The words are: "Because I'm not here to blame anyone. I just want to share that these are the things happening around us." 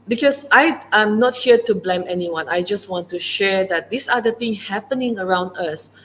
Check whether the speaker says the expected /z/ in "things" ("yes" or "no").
no